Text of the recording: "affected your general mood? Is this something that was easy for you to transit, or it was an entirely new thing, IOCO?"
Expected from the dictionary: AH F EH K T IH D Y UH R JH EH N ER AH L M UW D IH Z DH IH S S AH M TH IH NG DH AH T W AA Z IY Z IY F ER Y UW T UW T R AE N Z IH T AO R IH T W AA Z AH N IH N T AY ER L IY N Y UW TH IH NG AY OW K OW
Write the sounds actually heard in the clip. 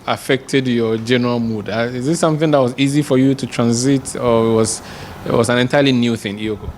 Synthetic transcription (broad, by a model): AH F EH K T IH D Y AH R JH EH N ER AH L M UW D IH Z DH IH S S AH M TH IH NG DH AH T W AA Z IY Z IY F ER Y UW T UW T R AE N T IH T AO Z IH T W AA Z AH N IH N T AY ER L IY N Y UW TH IH NG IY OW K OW